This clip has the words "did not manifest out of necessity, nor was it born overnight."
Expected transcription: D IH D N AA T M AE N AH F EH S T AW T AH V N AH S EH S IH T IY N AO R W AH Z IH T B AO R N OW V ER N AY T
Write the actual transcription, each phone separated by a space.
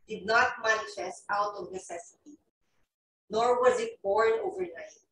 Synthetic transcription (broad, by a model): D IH D N AA T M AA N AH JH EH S AW T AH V N AH S EH S IH T IY N AO R W AH Z IH T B AO R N OW V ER N AY T